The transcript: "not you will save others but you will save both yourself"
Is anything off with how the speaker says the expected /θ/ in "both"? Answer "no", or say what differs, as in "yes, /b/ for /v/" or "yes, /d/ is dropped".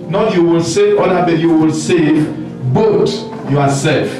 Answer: yes, /t/ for /θ/